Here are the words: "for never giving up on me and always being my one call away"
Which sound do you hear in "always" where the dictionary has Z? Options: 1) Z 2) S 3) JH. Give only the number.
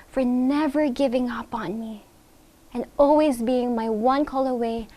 1